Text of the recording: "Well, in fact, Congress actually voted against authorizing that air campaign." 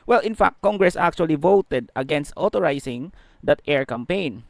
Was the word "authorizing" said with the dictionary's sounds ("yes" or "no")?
no